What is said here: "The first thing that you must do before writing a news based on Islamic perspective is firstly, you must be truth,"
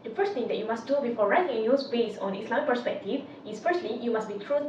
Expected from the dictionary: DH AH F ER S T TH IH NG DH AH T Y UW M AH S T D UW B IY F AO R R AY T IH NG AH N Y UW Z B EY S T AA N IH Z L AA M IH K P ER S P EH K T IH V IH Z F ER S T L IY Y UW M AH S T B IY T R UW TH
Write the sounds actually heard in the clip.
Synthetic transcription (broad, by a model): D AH F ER S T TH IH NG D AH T Y UW M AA S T D UW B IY F AO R R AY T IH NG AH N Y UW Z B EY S AA N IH S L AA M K P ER S P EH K T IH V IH S F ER S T L IY Y UW M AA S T B IY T R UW